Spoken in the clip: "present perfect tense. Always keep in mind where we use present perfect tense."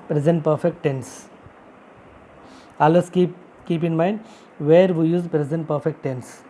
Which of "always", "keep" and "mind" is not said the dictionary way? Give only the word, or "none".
always